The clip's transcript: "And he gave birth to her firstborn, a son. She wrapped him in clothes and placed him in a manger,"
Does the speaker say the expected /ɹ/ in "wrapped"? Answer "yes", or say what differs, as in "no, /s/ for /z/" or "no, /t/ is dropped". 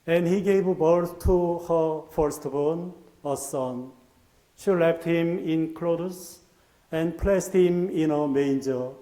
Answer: no, /l/ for /ɹ/